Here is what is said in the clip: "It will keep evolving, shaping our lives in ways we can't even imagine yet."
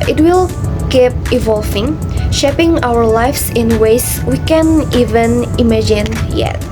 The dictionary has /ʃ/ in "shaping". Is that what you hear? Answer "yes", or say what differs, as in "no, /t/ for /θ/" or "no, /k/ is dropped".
yes